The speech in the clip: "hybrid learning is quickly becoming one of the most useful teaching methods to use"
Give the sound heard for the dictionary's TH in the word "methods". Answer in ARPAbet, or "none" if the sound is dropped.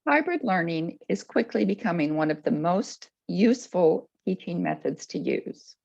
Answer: TH